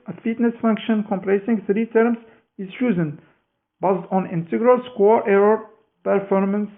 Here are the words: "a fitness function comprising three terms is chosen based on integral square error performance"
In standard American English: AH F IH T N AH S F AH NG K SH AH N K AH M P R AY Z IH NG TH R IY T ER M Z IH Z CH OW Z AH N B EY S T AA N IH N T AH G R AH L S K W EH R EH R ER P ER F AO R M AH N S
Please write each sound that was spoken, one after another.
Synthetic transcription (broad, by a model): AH F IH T N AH S F AH NG K SH AH N K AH M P L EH S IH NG TH R IY T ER M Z IH Z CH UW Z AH N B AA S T AA N IH N T AH G R AH L S K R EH R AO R P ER F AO R M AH N S